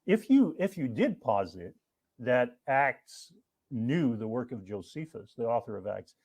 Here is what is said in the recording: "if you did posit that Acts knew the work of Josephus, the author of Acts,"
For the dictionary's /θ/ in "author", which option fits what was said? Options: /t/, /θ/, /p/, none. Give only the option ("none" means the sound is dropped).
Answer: /θ/